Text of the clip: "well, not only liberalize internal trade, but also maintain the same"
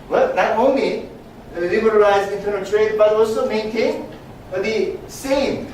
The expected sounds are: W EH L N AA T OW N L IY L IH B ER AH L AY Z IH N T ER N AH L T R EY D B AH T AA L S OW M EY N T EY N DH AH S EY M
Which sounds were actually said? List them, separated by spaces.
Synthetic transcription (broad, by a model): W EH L N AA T OW N L IY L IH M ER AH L AY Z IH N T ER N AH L T R EY D B AH T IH W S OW M EY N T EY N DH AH S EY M